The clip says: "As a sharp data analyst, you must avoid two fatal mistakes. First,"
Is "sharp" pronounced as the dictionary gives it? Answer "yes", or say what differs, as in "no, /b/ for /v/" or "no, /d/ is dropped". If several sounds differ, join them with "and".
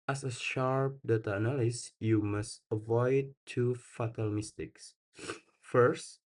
yes